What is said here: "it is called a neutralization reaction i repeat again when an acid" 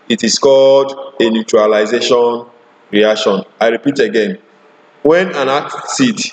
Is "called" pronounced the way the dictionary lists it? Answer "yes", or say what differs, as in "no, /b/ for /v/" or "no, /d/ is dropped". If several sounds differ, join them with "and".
yes